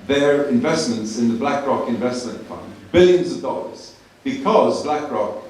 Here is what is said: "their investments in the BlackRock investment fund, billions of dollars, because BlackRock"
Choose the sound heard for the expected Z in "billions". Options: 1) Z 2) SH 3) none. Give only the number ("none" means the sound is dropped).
1